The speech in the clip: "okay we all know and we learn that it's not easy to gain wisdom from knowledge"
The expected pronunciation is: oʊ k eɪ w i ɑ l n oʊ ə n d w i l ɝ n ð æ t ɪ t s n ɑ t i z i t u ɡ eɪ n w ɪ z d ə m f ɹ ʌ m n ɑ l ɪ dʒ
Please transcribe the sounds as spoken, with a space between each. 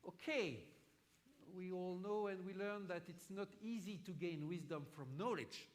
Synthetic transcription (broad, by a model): oʊ k eɪ w i ɑ l n oʊ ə n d w i l ɝ n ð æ t ɪ t s n ɑ t i z i t u ɡ eɪ n w ɪ z d ə m f ɹ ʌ m n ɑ l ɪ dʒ